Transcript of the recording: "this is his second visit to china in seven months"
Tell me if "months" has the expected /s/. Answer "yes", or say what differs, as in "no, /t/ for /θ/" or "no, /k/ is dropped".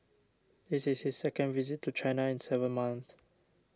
no, /s/ is dropped